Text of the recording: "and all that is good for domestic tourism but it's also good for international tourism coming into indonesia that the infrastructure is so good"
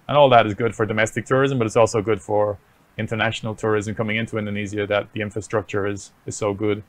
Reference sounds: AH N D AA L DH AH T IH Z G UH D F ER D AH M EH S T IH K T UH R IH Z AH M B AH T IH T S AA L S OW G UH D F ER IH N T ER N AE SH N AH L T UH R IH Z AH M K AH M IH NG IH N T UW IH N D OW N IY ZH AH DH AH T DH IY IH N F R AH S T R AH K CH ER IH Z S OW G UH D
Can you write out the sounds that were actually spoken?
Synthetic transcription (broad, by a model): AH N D AA L DH AH T IH Z G UH D F ER D AH M EH S T IH K T UH R IH Z AH M B AH T IH T S AA L S OW G UH D F ER IH N T ER N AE SH N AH L T UH R IH Z AH M K AH M IH NG IH N T UW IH N D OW N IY Z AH DH AH T DH IY IH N F R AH S T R AH K CH ER IH Z S OW G UH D